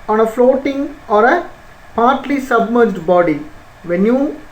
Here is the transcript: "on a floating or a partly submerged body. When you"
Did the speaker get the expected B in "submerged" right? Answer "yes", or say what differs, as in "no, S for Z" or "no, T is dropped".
yes